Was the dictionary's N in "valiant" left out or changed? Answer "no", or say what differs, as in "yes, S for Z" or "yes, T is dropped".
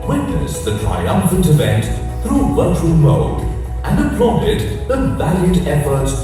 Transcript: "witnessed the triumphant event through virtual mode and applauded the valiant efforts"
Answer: yes, N is dropped